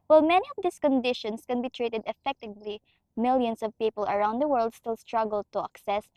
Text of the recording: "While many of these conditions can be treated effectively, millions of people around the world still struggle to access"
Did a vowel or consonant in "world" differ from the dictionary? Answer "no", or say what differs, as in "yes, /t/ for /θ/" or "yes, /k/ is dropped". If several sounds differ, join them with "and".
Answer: no